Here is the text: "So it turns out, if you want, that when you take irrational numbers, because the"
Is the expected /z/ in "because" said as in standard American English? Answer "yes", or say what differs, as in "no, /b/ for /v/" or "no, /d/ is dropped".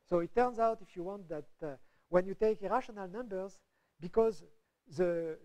yes